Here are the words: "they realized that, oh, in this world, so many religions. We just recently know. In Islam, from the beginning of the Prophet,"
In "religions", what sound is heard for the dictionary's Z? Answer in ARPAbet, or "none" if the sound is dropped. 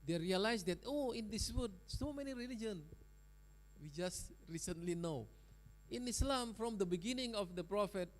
none